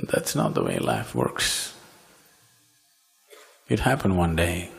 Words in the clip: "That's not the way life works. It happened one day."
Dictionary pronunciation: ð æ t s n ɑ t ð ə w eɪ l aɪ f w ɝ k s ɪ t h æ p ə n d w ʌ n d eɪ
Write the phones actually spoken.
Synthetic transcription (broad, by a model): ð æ t s n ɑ t ð ə w eɪ l aɪ f w ɝ k s ɪ t h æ p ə n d w ʌ n d eɪ